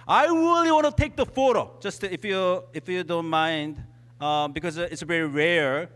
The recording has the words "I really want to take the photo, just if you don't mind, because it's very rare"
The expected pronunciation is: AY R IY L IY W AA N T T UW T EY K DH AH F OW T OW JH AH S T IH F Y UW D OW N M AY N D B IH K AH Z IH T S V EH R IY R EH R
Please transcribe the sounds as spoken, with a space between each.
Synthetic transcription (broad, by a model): AY R IY L IY W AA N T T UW T EY K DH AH F OW T OW JH AH S T IH F Y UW D OW N M AY N D B IH K AH Z IH T S V EH R IY R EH R